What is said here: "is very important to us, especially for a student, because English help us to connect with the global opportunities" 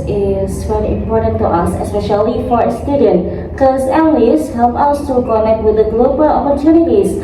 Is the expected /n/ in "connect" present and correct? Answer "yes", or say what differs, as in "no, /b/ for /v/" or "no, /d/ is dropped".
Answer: yes